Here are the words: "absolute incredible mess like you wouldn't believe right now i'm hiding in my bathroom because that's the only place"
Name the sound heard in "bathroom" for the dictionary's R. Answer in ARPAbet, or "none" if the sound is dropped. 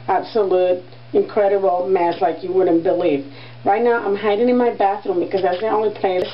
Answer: R